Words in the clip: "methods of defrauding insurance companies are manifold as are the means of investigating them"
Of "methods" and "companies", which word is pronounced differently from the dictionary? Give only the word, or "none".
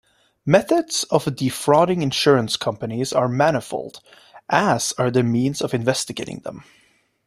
none